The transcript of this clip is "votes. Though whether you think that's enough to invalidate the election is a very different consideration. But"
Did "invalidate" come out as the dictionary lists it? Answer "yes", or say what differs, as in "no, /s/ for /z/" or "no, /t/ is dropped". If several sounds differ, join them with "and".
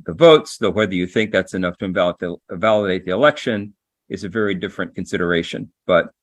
no, /l/ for /n/